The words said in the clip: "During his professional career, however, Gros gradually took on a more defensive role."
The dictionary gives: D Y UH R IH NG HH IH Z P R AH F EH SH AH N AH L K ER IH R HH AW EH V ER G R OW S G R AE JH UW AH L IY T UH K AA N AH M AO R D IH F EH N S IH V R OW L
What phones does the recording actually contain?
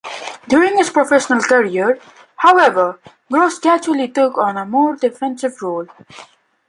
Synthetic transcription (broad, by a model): D Y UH R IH NG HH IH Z P R AH F EH SH AH N AH L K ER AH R HH AW EH V ER G R OW S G AE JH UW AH L IY T UH K AA N AH M AO R D IH F EH N S IH V R OW L